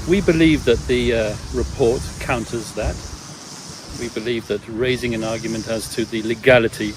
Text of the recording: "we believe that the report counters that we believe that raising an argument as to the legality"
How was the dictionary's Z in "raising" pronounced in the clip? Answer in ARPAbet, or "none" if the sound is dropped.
Z